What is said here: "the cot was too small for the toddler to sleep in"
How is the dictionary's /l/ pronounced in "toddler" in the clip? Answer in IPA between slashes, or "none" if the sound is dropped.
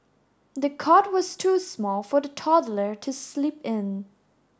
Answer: /l/